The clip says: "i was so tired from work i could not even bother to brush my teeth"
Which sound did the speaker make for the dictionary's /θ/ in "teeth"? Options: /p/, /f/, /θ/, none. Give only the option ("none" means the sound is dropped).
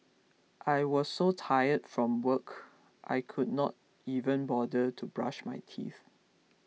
/θ/